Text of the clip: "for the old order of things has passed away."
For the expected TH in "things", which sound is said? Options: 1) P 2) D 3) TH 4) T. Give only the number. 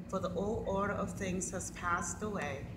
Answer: 3